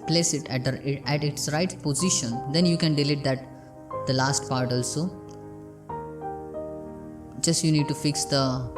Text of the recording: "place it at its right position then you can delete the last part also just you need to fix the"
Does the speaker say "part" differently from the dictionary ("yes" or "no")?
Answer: no